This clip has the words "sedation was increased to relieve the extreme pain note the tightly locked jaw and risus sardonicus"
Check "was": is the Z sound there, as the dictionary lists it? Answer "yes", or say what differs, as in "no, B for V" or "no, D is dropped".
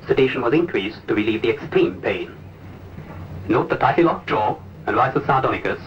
yes